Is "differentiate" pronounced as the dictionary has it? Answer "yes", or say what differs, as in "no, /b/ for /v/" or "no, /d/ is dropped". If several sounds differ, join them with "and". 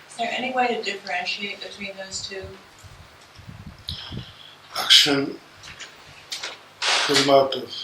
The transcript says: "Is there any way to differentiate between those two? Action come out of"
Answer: yes